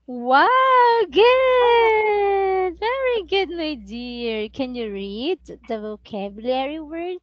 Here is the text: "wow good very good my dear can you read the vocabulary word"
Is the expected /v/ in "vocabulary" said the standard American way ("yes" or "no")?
yes